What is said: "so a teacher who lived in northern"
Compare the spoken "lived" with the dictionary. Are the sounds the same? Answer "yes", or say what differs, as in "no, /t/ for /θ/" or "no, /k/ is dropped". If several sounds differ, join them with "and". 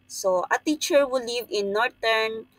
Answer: no, /d/ is dropped